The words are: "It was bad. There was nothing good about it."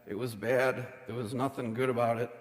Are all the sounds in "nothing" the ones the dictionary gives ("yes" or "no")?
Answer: yes